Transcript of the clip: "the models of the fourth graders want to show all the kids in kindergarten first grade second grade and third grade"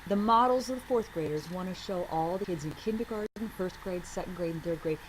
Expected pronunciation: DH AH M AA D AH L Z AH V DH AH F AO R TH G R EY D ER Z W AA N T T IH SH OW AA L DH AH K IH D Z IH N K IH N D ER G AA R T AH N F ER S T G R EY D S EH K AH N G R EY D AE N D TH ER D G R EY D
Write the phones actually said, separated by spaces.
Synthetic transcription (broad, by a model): DH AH M AA D L Z AH V DH AH F AO R TH G R EY D ER Z W AA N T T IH SH OW AA L DH AH K IH D Z IH N K IH N D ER G AA R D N F ER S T G R EY D S EH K N G R EY D N TH ER D G R EY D